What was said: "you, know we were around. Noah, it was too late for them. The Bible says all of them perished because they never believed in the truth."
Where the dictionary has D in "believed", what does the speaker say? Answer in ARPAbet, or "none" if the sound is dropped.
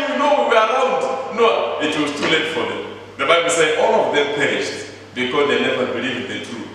none